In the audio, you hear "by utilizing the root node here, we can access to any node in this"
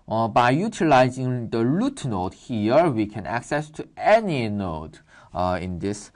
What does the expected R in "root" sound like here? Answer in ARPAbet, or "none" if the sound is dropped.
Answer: L